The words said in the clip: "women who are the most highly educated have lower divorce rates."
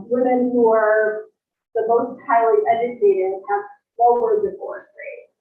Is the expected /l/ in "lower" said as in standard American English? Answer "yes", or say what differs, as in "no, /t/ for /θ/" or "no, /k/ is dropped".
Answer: no, /n/ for /l/